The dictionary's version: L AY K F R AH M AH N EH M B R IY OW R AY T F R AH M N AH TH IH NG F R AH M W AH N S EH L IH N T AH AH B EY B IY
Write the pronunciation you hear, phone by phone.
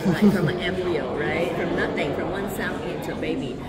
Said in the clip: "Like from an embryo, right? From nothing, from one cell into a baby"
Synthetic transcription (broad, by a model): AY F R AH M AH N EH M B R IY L R AY T F R AH M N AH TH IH NG F R AH M W AH N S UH N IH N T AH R B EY B IY